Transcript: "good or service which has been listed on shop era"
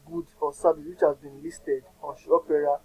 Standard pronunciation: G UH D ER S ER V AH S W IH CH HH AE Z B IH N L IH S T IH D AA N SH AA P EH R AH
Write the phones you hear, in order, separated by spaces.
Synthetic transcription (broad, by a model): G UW D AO S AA B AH W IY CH HH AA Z B IH N L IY S T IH D AA N SH AA P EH R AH